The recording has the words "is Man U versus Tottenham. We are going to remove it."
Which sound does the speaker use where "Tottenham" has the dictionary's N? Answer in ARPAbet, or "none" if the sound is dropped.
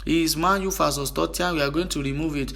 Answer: none